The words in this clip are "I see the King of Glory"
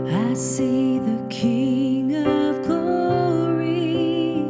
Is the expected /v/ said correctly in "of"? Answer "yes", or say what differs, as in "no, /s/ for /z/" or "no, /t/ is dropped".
yes